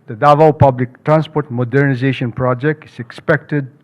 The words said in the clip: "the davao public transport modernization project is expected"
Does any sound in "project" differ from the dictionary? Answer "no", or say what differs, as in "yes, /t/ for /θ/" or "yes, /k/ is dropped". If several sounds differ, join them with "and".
no